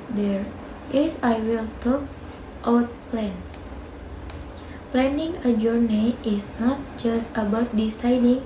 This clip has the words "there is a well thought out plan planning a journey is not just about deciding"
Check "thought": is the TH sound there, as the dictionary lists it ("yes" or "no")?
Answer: no